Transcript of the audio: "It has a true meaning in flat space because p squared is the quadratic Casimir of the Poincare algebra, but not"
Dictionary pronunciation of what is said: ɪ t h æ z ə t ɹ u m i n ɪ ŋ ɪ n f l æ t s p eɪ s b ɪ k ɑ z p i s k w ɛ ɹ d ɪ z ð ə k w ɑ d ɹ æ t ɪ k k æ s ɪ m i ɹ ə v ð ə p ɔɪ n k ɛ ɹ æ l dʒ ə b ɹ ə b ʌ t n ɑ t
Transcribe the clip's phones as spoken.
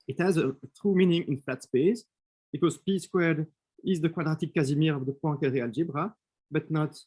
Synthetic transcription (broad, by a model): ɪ t h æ z ə t ɹ u m i n ɪ ŋ ɪ n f æ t s p eɪ s b ɪ k ɑ z p i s k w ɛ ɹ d ɪ z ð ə k w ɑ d ɹ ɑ t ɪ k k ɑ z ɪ m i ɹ ə v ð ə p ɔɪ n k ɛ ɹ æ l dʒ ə b ɹ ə b ʌ t n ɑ t